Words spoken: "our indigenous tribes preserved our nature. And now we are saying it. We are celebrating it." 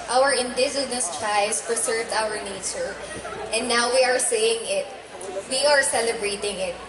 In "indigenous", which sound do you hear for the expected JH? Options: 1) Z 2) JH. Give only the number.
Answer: 1